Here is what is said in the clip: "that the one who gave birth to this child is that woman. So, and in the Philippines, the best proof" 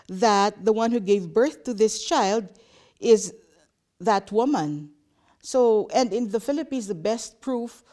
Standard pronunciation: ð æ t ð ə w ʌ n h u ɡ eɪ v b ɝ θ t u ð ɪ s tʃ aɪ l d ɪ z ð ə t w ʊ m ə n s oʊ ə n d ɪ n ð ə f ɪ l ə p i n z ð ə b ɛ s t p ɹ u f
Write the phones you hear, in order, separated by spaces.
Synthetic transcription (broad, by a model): ð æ t ð ə w ʌ n h u ɡ eɪ v b ɝ θ t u ð ɪ s tʃ aɪ l d ɪ z ð ə t w ʊ m ə n s oʊ ə n d ɪ n ð ə f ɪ l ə p i n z ð ə b ɛ s t p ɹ u f